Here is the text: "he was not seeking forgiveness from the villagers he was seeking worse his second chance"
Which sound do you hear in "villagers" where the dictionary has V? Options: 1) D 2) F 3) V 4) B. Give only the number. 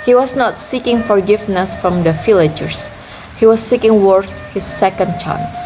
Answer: 2